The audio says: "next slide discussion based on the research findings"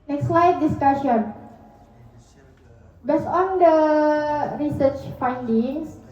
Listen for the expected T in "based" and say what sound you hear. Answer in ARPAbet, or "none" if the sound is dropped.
none